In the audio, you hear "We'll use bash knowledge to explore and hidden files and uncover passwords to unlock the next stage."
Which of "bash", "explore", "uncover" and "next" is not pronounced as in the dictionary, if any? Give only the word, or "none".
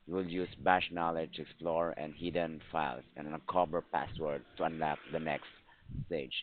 uncover